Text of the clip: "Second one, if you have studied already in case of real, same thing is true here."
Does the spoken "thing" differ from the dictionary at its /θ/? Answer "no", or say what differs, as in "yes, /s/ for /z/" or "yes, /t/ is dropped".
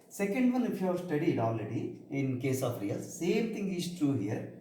yes, /t/ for /θ/